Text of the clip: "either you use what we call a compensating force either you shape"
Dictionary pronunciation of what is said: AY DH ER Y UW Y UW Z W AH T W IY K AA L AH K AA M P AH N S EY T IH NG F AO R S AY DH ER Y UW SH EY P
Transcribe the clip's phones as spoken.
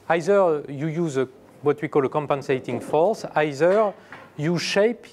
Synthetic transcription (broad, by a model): AY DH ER Y UW Y UW Z W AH T W IY K AA L AH K AA M P AH N S EY T IH NG F AO R S AY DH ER Y UW SH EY P